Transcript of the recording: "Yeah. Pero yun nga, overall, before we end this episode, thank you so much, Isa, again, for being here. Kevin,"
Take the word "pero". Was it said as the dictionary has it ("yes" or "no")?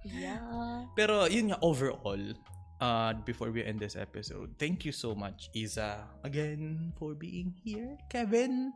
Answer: yes